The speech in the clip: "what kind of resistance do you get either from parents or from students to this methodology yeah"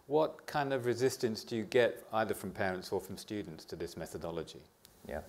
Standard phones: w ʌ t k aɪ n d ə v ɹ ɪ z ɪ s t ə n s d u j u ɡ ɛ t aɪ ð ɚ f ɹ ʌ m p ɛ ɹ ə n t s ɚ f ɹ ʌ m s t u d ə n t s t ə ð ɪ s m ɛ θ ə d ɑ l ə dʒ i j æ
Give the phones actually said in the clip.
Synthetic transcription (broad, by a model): w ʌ t k aɪ n d ə v ɹ ɪ z ɪ s t ə n s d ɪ j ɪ ɡ ɛ t aɪ ð ɚ f ɹ ʌ m p ɛ ɹ ə n t s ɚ f ɹ ʌ m s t u d n t s t ə ð ɪ s m ɛ θ ə d ɑ l ə dʒ i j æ